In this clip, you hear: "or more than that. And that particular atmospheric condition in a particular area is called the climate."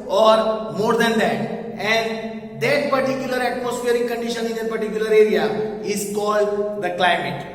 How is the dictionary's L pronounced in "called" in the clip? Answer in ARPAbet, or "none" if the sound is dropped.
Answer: L